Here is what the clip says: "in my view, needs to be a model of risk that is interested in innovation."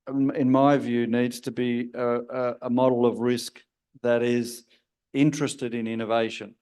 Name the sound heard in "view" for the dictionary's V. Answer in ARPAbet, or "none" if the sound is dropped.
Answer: V